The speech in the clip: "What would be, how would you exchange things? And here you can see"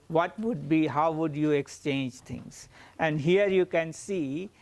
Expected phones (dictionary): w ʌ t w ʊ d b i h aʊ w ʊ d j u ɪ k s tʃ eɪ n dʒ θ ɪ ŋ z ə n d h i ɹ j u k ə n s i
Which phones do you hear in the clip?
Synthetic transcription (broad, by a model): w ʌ t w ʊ d b i h aʊ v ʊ d j u ɪ k s tʃ eɪ n dʒ t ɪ ŋ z ə n d h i ɹ j u k ə n s i